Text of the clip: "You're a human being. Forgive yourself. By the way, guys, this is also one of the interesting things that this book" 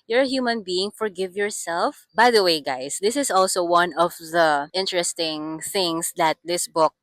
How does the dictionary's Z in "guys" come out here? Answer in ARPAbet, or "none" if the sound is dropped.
S